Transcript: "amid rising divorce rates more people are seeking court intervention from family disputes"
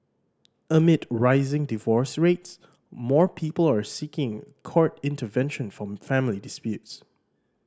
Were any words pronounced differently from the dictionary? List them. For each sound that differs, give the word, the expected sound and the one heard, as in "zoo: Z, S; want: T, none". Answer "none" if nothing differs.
intervention: CH, SH